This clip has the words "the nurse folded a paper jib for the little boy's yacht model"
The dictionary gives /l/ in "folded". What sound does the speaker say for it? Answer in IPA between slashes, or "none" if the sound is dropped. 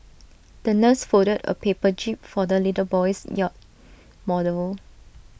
none